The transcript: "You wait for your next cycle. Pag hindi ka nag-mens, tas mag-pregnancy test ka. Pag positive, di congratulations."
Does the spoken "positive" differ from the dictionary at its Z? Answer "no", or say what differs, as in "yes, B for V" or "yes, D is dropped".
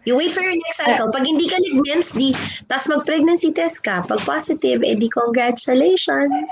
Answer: yes, S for Z